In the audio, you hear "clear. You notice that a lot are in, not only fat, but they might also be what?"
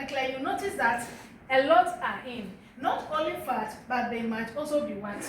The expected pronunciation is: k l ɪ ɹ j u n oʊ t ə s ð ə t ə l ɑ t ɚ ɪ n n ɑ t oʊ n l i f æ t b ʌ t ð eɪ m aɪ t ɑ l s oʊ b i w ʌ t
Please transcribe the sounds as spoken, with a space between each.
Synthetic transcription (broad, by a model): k l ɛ j u n oʊ t ə s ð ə t ə l ɑ t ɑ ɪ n n ɑ t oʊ l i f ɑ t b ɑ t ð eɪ m aɪ t ɑ l s oʊ b i w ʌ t